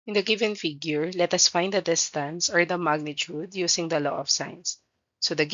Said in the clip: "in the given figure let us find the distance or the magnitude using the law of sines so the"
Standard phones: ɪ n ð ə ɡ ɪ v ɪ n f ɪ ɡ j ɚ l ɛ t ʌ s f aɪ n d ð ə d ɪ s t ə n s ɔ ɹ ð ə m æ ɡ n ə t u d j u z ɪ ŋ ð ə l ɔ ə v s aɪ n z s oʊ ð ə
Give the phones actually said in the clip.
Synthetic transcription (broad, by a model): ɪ n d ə ɡ ɪ v ɪ n f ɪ ɡ j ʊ l ɛ t ʌ s f aɪ n d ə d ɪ s t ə n s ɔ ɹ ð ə m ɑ ɡ n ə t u d j u s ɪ ŋ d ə l ɔ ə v s aɪ n s oʊ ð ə